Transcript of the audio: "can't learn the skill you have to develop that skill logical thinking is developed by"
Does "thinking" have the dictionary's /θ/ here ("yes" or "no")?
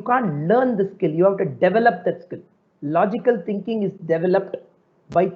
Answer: no